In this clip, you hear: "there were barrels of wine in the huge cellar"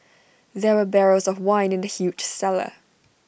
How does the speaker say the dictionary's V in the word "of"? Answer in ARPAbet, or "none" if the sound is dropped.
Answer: V